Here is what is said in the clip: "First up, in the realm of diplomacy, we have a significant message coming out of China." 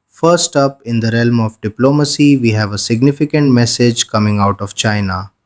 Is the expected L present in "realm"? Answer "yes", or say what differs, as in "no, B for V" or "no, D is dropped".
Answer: yes